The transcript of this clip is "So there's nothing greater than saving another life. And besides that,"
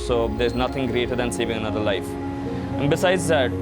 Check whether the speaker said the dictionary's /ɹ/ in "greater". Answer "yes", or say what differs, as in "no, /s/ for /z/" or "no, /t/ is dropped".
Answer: yes